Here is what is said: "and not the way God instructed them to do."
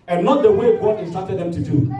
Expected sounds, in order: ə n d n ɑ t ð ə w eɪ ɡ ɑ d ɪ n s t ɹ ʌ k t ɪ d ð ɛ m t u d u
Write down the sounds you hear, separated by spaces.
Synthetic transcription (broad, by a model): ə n n ɑ t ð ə w eɪ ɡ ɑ ɪ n s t ɑ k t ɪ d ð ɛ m t u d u